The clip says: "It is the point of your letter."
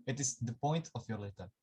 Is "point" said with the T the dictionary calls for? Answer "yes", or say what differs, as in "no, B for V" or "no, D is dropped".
yes